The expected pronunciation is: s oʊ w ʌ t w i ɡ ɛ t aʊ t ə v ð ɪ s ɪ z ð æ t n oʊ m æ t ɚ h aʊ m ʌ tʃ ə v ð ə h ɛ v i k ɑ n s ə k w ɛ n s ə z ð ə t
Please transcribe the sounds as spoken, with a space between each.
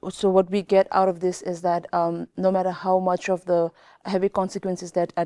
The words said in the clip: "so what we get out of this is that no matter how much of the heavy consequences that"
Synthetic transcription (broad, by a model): s oʊ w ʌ t w i ɡ ɛ t aʊ t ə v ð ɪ s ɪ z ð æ t n oʊ m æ t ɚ h aʊ m ʌ tʃ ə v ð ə h ɛ v i k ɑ n s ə k w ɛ n s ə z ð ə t